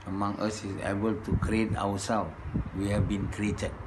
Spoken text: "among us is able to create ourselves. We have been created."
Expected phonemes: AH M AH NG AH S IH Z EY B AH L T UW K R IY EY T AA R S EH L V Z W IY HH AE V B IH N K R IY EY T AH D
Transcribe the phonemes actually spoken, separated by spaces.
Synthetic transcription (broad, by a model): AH M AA NG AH S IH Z EY B AH L T UW K R IY EY T AA W S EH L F W IY HH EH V B IH N K R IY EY T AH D